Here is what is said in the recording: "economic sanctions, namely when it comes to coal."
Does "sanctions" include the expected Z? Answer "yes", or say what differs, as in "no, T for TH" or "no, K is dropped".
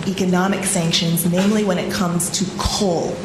yes